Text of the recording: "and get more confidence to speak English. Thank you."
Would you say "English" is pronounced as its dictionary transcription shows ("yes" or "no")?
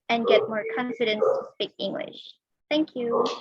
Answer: yes